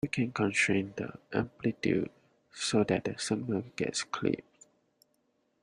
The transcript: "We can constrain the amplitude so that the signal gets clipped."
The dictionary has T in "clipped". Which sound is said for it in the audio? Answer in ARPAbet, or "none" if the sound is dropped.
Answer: none